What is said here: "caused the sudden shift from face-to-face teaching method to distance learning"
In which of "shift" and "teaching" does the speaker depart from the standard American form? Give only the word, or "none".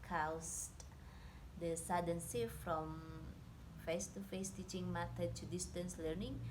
shift